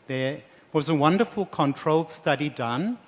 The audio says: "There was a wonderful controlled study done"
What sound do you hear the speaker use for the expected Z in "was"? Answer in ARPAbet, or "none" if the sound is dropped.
Z